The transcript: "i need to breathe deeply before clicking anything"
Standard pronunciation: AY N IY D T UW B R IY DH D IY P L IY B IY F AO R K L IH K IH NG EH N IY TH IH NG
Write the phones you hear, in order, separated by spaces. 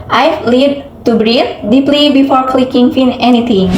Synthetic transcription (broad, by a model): AY L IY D T UW B R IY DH D IY P L IY B IY F AO R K L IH K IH NG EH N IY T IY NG